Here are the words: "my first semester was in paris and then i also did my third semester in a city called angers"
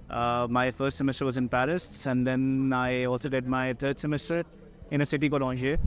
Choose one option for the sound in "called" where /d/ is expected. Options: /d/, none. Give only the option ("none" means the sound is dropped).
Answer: none